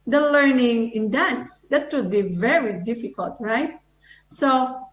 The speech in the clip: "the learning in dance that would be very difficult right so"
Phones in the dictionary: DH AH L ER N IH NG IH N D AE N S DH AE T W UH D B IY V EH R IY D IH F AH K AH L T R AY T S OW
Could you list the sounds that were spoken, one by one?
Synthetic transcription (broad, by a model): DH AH L ER N IH NG IH N D AE N S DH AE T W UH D B IY V EH R IY D IH F AH K AH L T R AY T S OW